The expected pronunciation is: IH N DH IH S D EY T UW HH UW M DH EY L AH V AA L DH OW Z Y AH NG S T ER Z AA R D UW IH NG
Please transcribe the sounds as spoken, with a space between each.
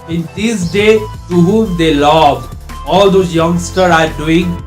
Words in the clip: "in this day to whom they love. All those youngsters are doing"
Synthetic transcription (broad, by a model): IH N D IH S D EY T UW HH UW M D EY L AH V AA L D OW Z Y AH NG S T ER AA R D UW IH NG